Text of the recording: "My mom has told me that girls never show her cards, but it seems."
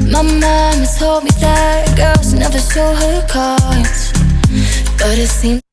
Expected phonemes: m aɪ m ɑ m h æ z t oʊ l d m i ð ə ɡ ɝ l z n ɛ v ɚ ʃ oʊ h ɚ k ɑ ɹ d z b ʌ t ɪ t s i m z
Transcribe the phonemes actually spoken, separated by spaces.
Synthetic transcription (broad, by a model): m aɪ m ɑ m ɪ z t oʊ l d m i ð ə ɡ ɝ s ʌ n ɛ v ɚ s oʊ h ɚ k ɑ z b ʌ t ɪ t s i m